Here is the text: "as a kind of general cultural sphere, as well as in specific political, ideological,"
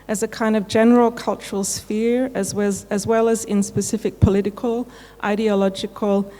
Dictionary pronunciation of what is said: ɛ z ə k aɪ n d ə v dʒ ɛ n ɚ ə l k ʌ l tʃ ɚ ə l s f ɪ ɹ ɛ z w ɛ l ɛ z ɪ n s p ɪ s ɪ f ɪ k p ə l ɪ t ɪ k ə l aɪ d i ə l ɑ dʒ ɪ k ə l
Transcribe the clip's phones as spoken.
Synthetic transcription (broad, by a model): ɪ z ə k aɪ n d ə v dʒ ɛ n ɚ ə l k ʌ l tʃ ɚ ə l s f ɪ ɹ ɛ z w ɛ l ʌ z ɪ n s p ɪ s ɪ f ɪ k p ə l ɪ t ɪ k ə l aɪ d i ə l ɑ dʒ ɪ k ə l